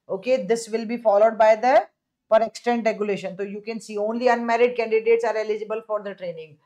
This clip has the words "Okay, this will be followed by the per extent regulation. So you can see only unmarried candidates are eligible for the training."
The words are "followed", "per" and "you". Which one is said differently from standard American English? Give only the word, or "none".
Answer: none